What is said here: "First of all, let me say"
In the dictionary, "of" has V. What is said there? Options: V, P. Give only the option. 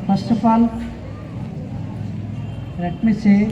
P